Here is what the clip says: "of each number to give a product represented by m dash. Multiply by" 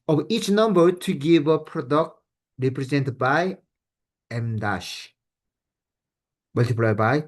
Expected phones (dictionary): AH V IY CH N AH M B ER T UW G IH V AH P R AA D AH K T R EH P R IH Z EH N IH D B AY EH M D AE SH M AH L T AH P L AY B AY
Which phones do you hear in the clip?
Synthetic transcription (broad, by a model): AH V IY CH N AH M B ER T UW G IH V AH P R AA D AH K T R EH P R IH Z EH N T B AY EH M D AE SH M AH L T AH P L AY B AY